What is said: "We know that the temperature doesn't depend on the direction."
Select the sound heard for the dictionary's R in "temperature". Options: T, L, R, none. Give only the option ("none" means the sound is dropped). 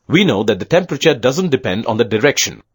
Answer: R